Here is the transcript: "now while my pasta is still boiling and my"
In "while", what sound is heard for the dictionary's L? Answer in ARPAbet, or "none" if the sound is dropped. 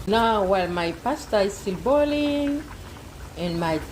L